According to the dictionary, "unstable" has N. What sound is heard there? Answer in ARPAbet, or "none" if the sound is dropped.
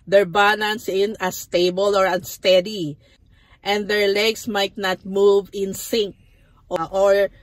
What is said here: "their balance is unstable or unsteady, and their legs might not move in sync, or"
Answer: none